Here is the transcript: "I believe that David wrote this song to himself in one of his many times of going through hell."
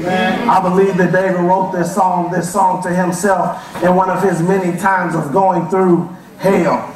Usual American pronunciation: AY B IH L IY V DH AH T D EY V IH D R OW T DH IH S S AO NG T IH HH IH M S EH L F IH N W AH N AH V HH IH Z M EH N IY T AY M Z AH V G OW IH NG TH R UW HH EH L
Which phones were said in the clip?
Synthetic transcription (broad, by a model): AY B IH L IY V DH AH T D EY V IH D R OW T DH IH S S AO NG T IH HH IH M S EH L F IH N W AH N AH V IH Z M EH N IY T AY M Z AH V G OW IH NG TH R UW HH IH L